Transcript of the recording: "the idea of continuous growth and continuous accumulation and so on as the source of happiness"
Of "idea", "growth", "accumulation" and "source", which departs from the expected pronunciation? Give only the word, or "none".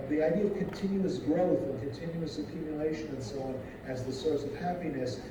none